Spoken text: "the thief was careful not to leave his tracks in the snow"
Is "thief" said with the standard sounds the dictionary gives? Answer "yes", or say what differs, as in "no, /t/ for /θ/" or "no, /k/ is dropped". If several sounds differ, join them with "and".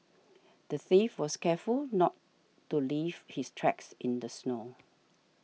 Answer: yes